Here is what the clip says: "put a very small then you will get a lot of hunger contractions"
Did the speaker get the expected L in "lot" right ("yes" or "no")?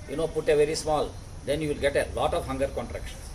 yes